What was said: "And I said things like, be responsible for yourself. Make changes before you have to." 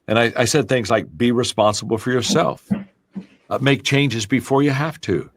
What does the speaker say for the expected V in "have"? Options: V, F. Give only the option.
F